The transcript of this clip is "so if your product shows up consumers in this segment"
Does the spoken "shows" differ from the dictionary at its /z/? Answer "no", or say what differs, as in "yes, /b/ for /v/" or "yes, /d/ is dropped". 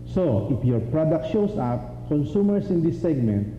yes, /s/ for /z/